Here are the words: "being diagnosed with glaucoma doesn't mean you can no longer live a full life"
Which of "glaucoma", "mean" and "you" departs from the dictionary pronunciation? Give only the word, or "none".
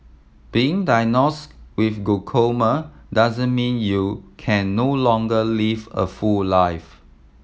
glaucoma